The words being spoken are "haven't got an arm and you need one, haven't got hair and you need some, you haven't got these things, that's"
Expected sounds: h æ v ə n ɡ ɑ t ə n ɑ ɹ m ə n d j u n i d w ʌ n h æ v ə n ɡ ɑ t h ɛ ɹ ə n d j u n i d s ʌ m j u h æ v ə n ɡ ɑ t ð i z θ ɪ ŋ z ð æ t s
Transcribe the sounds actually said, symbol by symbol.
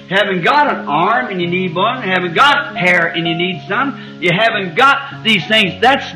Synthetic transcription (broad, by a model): h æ v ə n ɡ ɑ t ə n ɑ ɹ m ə n j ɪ n i d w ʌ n h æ v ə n ɡ ɑ t h ɛ ɹ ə n j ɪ n i d s ʌ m j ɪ h æ v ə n ɡ ɑ t ð i z θ ɪ ŋ z ð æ t s